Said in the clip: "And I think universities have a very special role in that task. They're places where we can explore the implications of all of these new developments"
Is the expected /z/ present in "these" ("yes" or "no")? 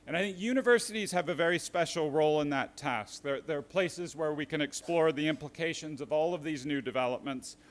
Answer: yes